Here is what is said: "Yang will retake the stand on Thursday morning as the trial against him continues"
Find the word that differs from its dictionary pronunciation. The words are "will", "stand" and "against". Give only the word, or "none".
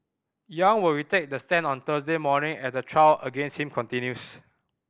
stand